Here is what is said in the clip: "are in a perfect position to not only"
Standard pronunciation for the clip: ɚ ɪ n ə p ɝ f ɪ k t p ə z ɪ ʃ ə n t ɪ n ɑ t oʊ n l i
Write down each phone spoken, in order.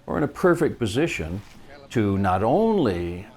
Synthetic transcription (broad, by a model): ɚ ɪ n ə p ɝ f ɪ k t p ə z ɪ ʃ ə n t ɪ n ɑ t oʊ n l i